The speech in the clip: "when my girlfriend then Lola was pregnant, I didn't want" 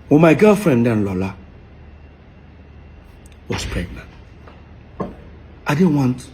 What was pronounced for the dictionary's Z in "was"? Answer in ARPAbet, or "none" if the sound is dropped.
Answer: S